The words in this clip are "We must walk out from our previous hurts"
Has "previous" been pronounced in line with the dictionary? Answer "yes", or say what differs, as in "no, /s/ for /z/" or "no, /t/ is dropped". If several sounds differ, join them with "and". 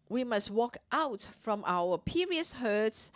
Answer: no, /ɹ/ is dropped